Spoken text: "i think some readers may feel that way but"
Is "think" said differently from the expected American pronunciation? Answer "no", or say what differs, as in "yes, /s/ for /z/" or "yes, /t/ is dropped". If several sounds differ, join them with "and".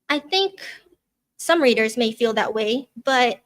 no